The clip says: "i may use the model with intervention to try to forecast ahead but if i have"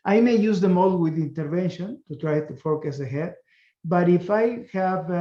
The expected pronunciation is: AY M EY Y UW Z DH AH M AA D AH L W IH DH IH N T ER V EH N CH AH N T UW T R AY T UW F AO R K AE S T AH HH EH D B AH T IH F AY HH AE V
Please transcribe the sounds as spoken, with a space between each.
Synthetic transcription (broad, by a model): AY M EY Y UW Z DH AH M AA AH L W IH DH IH N T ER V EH N SH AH N T UW T R AY T UW F AO K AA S AH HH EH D B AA T IH F AY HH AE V